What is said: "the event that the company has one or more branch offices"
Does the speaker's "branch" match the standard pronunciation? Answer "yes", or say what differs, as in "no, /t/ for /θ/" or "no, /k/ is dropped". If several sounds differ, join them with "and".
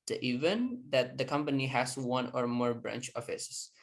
yes